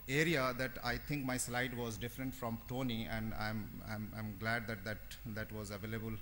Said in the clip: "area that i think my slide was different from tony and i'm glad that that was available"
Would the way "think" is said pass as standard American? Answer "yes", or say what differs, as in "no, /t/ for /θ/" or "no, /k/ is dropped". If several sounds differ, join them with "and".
no, /t/ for /θ/